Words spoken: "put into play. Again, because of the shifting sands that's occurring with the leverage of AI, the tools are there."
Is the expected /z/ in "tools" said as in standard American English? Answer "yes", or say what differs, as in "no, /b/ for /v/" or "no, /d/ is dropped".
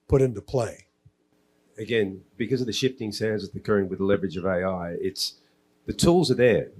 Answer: yes